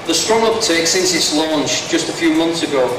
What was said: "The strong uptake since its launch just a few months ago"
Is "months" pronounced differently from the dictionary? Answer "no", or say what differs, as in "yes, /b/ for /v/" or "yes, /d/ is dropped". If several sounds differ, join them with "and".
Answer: no